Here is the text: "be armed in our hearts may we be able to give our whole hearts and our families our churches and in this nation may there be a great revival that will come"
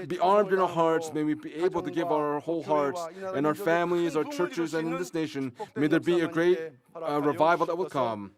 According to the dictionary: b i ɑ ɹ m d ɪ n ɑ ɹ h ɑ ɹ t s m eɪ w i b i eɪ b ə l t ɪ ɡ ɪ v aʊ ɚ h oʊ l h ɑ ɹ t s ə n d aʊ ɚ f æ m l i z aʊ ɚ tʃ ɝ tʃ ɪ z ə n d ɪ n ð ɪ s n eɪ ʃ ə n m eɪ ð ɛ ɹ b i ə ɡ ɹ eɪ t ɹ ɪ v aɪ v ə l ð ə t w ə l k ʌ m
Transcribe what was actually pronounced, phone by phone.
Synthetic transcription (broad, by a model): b i ɑ ɹ m d ɪ n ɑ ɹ h ɑ ɹ t s m eɪ w i b i eɪ b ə l t ɪ ɡ ɪ v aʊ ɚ h oʊ l h ɑ ɹ t s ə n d aʊ ɚ f æ m l i z aʊ ɚ tʃ ɝ tʃ ɪ z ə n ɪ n ð ɪ s n eɪ ʃ ə n m eɪ ð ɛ ɹ b i ə ɡ ɹ eɪ t ɹ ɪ v aɪ v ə l ð ə t w ə l k ʌ m